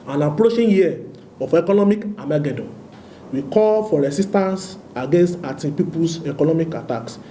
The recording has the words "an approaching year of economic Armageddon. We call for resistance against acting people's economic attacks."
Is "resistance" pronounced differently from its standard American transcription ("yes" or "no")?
yes